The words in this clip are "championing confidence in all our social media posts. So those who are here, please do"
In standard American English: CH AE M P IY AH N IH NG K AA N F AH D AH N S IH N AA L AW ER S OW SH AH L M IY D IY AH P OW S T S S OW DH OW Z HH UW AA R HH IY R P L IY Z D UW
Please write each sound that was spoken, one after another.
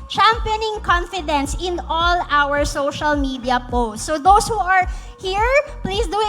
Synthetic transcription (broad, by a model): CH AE M P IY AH N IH NG K AA N F AH D AH N S IH N AA L AW ER S OW SH AH L M IY D IY AH P OW S T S S OW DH OW S HH UW AA R HH IY R P L IY S D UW